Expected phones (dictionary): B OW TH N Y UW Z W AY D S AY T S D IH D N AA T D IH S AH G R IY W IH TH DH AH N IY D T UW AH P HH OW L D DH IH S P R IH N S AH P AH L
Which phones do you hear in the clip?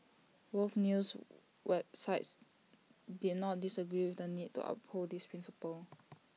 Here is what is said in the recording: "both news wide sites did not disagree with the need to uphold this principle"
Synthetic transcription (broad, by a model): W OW F N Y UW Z W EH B S AY T S D IH D N AA T D IH S AH G R IY W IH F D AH N IY D T UW AH P HH OW L D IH S P R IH N S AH P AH L